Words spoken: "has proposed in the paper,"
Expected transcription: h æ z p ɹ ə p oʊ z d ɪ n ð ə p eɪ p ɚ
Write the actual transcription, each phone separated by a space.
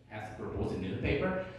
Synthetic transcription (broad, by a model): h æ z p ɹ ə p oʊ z ɪ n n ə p eɪ p ɚ